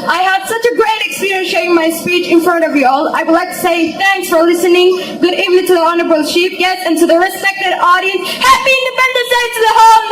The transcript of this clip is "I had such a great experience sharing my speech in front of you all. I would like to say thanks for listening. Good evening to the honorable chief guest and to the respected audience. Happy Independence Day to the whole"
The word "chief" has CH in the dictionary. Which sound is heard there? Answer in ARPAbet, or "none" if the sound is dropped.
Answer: SH